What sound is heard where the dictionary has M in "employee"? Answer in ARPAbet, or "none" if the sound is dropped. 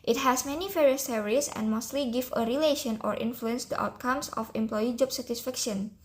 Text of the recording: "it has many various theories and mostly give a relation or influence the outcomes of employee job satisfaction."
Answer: M